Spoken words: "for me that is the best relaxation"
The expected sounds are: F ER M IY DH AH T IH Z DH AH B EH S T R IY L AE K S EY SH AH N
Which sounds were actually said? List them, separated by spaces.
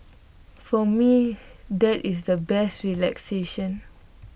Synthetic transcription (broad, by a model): F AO M IY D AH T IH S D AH B EH S T R IY L AE K S EY SH AH N